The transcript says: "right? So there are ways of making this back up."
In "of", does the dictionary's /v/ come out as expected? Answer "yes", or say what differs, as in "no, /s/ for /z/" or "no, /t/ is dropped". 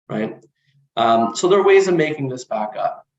yes